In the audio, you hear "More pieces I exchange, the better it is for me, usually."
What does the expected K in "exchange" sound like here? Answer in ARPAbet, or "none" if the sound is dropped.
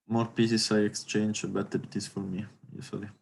K